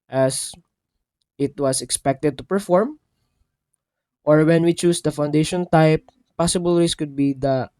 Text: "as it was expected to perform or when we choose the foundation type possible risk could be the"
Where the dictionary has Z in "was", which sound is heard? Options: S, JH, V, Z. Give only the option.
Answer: S